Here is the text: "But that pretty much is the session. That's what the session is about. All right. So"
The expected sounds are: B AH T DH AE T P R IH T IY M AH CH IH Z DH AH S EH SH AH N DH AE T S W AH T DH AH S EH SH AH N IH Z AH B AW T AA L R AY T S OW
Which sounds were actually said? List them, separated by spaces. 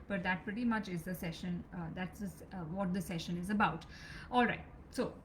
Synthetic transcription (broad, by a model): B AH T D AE T P R IH T IY M AH CH IH Z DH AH S EH SH AH N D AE T S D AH T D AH S EH SH AH N IH Z AH B AW T AA L R AY T S OW